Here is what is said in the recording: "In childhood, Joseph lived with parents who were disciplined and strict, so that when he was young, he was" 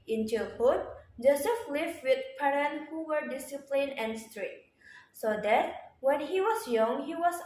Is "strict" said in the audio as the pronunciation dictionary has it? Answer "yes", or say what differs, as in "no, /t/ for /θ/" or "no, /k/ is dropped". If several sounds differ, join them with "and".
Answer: no, /k/ is dropped